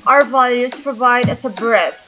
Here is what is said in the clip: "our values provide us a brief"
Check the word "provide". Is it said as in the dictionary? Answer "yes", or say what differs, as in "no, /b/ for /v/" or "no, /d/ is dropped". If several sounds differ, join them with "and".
yes